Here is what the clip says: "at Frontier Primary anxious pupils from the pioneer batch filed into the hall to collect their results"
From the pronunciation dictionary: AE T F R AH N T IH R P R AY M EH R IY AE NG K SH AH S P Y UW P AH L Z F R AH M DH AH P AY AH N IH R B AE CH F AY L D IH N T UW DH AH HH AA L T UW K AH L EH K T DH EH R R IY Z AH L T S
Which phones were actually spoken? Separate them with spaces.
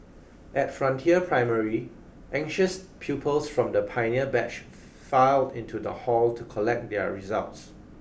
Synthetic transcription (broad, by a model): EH T F R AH N T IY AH P R AY M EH R IY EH NG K SH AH S P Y UW P AH L S F R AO M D AH P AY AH N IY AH B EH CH F AY L D IH N T UW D AH HH AA L T UW K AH L EH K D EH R R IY Z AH L T S